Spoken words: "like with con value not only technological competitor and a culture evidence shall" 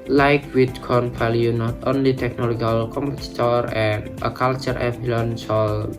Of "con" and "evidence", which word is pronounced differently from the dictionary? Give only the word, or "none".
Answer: evidence